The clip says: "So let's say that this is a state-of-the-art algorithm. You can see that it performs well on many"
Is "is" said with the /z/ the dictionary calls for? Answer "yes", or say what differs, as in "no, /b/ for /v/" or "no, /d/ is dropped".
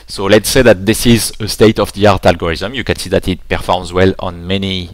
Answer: yes